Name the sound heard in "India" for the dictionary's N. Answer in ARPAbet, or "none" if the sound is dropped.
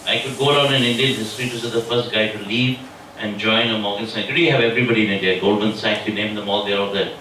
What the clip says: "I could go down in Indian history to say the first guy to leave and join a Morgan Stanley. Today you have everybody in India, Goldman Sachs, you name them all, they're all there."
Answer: none